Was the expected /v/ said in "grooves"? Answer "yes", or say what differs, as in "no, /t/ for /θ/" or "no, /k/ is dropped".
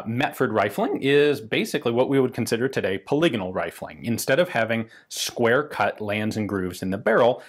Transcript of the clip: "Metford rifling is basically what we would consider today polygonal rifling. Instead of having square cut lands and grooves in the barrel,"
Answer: yes